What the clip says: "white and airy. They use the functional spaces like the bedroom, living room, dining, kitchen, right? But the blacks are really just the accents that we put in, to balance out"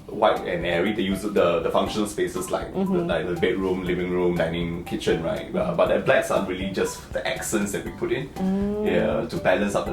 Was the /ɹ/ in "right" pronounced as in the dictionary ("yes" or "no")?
yes